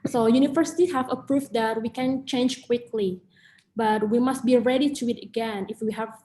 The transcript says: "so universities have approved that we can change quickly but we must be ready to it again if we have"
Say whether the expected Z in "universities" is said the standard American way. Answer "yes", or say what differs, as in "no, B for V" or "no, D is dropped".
no, Z is dropped